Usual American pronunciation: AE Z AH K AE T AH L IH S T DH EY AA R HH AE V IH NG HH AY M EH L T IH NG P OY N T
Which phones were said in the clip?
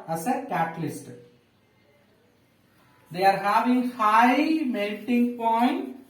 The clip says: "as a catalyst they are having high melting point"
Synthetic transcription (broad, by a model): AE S AH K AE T L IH S T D EY AA R HH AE V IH NG HH AY M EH N T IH NG P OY N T